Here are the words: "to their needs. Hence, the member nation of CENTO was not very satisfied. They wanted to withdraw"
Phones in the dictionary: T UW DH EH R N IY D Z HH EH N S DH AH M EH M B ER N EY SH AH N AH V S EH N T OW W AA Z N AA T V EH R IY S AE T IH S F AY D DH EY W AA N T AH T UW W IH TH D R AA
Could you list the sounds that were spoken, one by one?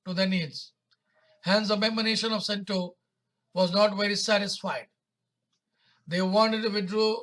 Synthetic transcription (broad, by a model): T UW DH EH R N IY D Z HH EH N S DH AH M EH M ER N EY SH AH N AH V S EH N T OW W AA Z N AA T V EH R IY S AE T IH S F AY D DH EY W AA N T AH T UW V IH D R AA